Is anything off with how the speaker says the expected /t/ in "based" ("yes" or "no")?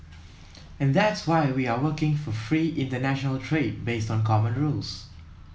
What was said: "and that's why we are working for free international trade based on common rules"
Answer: no